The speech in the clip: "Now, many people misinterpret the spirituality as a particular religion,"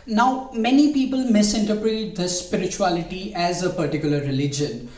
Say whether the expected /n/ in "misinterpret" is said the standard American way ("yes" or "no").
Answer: yes